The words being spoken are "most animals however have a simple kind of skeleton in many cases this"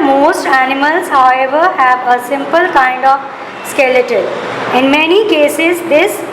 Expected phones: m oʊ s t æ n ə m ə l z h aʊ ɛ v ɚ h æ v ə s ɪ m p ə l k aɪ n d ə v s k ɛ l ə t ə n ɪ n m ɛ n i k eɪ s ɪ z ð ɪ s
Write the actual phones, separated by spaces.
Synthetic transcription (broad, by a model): m oʊ s t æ n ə m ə l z h aʊ ɛ v ɚ h æ v ə s ɪ m p ə l k aɪ n d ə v s k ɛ l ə t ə l ɪ n m ɛ n i k eɪ s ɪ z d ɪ s